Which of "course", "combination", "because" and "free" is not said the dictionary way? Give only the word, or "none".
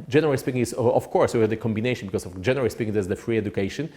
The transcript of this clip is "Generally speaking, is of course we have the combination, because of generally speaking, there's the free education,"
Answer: because